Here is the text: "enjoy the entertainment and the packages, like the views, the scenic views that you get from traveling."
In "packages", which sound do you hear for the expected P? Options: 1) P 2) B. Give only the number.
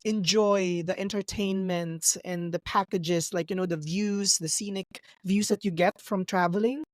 1